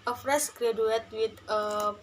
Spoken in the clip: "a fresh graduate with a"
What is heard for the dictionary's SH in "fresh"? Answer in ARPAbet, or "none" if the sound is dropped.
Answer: S